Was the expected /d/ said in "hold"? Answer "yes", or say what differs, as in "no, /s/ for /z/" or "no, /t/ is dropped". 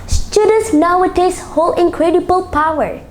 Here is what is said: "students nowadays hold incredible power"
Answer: no, /d/ is dropped